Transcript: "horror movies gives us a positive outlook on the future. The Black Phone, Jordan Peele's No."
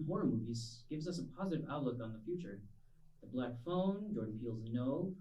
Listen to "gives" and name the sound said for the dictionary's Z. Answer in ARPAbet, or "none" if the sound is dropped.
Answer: Z